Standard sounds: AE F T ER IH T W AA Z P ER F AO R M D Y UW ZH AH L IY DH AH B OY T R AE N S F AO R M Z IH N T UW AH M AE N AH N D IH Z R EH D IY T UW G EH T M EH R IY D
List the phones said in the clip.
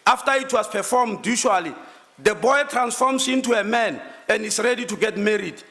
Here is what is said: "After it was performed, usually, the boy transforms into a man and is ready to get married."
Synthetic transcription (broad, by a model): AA F T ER IH T W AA S P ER F AO M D Y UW SH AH L IY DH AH B OY T R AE N S F AO M S IH N T UW AH M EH N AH N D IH S R EH D IY T UW G EH T M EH R IY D